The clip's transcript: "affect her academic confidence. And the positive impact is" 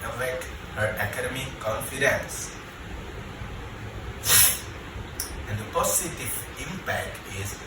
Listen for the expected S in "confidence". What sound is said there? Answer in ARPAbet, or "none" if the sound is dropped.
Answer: S